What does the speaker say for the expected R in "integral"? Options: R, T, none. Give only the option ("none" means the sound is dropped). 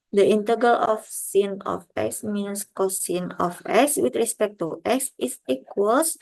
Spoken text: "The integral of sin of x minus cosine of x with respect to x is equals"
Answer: none